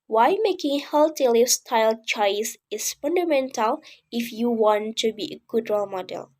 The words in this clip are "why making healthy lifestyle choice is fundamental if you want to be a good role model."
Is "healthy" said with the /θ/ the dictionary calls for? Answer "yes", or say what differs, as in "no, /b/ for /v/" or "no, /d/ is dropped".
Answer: no, /t/ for /θ/